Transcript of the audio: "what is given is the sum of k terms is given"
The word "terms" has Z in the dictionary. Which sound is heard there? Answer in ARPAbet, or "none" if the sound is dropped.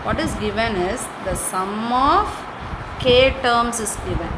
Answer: S